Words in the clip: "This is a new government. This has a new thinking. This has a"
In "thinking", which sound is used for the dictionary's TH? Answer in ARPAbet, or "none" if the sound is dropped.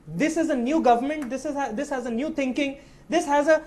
T